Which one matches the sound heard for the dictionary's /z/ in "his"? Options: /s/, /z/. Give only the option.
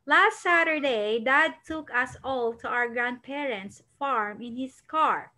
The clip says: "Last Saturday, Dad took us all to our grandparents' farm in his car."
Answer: /s/